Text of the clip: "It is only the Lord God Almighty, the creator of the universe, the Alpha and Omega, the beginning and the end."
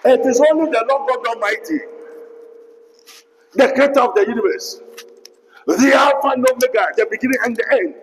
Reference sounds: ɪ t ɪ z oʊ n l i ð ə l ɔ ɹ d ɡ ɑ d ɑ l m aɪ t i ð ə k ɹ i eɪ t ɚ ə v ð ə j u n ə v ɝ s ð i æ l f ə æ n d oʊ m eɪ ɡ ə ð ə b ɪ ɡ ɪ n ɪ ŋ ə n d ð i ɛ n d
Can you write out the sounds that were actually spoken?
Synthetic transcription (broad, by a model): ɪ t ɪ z oʊ n l i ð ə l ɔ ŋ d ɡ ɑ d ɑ m aɪ t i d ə k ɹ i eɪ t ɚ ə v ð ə j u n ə v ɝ s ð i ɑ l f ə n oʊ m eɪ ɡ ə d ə b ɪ ɡ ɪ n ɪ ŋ ə n d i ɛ n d